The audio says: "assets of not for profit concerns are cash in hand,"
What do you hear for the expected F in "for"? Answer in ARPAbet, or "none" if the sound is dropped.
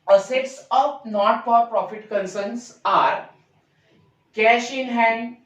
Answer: P